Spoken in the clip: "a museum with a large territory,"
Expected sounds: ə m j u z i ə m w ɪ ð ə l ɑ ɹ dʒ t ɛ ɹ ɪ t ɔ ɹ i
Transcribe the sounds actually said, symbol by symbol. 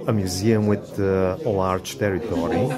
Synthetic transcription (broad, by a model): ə m j u z i ə m w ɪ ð ə l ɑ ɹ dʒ t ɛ ɹ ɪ t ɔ ɹ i